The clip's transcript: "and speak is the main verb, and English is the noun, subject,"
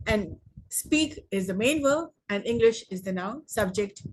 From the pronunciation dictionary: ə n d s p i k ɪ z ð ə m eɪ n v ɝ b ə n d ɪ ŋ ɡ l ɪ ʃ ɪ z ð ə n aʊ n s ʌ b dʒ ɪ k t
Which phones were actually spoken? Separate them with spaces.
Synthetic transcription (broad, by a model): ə n d s p i k ɪ z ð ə m eɪ n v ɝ ə n d ɪ ŋ ɡ l ɪ ʃ ɪ z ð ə n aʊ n s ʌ b dʒ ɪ k t